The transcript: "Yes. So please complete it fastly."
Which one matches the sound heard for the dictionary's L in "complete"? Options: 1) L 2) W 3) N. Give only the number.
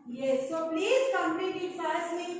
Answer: 3